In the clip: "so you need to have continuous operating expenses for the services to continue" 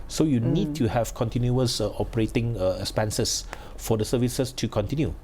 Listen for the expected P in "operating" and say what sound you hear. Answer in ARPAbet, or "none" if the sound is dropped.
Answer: P